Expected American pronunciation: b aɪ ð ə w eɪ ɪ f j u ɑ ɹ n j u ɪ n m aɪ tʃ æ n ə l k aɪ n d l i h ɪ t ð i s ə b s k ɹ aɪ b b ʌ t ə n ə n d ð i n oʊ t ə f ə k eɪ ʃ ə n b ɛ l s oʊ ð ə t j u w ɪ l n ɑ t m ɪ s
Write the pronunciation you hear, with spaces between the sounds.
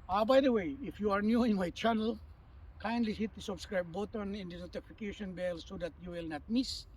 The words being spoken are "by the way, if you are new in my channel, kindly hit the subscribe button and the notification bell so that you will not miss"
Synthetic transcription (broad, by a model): b aɪ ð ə w eɪ ɪ f j u ɑ ɹ n j u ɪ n m aɪ tʃ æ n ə l k aɪ n d l i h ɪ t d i s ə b s k ɹ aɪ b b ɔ t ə n ə n d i n oʊ t ə f ə k eɪ ʃ ə n b ɛ l s oʊ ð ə t j u w ɪ l n ɑ t m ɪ s